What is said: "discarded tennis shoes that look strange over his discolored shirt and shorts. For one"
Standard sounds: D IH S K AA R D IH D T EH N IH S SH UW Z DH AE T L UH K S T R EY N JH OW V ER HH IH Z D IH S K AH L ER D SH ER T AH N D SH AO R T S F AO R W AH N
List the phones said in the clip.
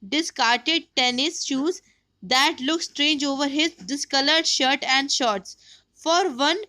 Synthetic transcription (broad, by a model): D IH S K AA R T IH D T EH N IH S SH UW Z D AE T L UH K S T R EY N JH OW V ER HH IH Z D IH S K AH L ER D SH ER T AH N D SH AO R T S F AO R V AH N